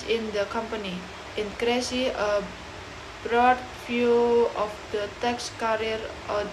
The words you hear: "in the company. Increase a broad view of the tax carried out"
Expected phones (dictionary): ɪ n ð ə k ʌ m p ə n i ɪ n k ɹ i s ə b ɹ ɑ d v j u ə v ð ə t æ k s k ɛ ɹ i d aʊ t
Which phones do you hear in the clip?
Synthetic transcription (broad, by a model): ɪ n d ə k ʌ m p ə n i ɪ n k ɹ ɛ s ə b ɹ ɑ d f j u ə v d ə t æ k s k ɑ ɹ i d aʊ